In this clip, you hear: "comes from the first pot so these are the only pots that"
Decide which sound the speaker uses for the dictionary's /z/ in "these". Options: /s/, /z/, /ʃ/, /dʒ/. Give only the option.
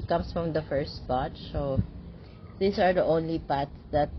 /s/